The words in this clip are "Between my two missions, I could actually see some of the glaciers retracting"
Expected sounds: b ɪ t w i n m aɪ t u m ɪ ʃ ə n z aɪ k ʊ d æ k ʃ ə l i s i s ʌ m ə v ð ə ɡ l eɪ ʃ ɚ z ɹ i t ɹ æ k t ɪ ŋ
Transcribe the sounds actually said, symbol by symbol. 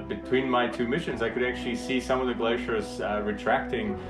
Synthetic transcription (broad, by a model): b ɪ t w i n m aɪ t u m ɪ ʃ ə n z aɪ k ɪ d æ k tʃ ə l i s i s ʌ m ə v ð ə ɡ l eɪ ʃ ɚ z ɹ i t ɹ æ k t ɪ ŋ